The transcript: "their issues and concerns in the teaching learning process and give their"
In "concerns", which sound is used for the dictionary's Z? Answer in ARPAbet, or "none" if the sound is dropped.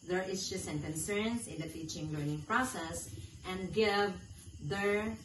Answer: S